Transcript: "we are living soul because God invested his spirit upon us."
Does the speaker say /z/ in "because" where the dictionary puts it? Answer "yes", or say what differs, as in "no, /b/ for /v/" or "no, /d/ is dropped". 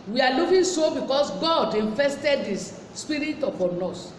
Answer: no, /s/ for /z/